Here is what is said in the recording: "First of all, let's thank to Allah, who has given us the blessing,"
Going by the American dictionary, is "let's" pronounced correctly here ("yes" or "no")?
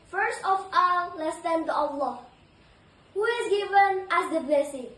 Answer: yes